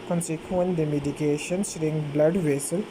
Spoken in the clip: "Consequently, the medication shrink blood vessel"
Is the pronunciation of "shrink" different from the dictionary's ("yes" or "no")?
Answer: yes